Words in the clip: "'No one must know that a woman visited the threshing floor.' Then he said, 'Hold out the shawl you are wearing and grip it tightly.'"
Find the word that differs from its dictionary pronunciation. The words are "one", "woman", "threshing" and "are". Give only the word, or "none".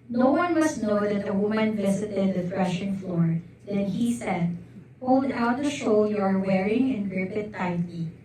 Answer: threshing